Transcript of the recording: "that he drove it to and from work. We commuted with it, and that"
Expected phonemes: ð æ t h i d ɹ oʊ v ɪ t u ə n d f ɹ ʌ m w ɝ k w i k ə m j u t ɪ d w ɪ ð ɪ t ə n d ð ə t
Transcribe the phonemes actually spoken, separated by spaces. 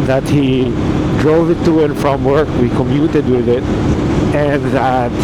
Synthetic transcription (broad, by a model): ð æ t h i d ɹ oʊ v ɪ t u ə n f ɹ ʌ m w ɝ k w i k ə m j u t ɪ d w ɪ ð ɪ t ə n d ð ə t